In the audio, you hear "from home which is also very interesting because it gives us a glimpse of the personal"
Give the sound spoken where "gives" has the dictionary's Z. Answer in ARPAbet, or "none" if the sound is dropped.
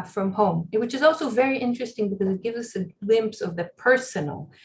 Z